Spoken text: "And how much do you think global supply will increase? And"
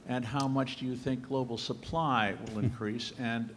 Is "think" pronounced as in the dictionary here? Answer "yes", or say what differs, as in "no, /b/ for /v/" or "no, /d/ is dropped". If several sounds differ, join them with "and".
yes